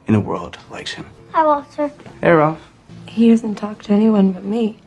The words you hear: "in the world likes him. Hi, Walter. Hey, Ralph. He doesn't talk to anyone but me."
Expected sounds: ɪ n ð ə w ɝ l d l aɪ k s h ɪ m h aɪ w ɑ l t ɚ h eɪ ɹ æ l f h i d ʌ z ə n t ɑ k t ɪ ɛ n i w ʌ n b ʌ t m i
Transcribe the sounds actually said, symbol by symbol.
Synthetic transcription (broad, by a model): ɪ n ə w ɝ l d l aɪ k s h ɪ m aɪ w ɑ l s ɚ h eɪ ɹ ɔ f h i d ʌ z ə n t ɑ k t ɪ ɛ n i w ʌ n b ʌ t m i